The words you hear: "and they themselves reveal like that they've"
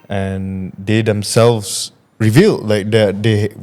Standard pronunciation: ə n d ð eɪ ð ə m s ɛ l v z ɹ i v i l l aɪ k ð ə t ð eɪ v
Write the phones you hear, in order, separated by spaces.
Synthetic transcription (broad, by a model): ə n d eɪ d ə m s ɛ l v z ɹ i v i l l aɪ k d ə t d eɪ